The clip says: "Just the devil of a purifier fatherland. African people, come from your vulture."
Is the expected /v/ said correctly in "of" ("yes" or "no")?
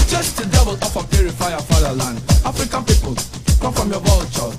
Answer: no